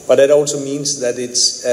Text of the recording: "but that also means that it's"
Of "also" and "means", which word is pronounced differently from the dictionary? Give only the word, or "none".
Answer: none